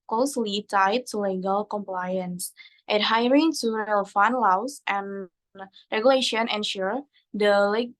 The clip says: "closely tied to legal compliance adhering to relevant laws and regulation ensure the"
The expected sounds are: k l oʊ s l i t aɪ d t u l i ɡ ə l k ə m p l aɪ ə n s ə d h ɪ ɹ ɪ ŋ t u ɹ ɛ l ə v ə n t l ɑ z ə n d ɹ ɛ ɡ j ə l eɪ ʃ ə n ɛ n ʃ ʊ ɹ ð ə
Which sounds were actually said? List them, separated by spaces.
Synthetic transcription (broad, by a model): k l oʊ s l i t aɪ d t u l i ɡ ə l k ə m p l aɪ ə n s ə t h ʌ ɹ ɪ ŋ t u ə f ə n l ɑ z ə n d ɹ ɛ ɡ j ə l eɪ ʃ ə n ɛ n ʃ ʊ ɹ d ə